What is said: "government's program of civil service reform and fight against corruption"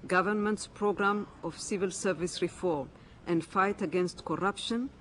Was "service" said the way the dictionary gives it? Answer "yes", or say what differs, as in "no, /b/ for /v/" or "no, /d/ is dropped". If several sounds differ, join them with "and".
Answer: yes